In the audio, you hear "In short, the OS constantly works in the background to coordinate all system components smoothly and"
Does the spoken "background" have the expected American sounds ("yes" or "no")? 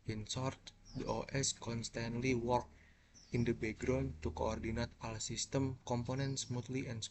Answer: no